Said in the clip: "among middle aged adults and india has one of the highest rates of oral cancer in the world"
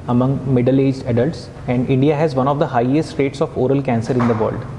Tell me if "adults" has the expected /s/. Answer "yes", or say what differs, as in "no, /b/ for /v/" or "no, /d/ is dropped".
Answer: yes